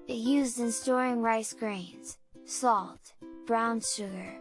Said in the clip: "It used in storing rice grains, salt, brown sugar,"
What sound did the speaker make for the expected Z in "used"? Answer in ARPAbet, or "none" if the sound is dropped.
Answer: Z